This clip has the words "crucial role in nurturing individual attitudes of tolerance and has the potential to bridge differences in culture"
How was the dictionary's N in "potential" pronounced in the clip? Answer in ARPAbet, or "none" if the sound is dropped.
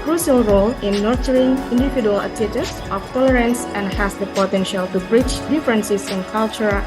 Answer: N